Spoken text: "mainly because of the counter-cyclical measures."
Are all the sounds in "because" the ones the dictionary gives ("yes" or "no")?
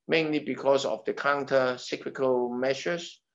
no